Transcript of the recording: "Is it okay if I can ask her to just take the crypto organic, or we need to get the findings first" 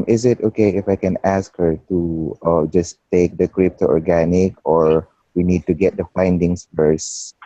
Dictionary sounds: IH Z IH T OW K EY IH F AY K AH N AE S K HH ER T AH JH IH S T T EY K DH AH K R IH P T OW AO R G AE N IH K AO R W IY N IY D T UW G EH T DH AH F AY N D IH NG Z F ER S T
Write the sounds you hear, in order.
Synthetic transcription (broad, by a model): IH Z IH T OW K EY IH F AY K AH N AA S K HH ER T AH JH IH S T T EY K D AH K R IH P T OW AO R G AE N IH K AO R W IY N IY D T UW G EH T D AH F AY N D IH NG S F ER S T